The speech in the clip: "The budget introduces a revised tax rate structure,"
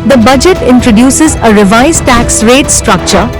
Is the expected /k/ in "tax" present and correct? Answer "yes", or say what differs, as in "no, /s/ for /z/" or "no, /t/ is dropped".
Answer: yes